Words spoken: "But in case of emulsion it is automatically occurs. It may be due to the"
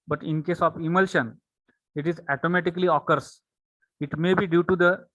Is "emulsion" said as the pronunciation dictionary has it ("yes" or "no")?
yes